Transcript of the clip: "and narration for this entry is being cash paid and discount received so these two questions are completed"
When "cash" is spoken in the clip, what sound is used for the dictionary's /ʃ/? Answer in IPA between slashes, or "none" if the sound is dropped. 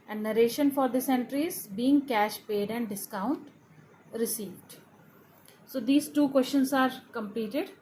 /ʃ/